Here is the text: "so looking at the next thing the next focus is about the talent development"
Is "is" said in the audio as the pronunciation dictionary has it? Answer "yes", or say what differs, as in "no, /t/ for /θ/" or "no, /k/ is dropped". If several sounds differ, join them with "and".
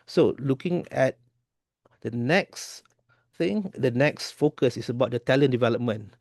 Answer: no, /s/ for /z/